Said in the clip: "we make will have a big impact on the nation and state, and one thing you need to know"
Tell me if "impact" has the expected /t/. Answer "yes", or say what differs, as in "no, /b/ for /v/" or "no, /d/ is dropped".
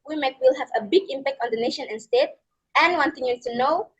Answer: yes